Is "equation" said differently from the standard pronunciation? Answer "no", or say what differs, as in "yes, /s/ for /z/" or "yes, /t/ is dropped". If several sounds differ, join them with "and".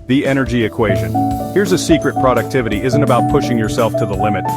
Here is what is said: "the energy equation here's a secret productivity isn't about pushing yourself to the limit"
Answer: no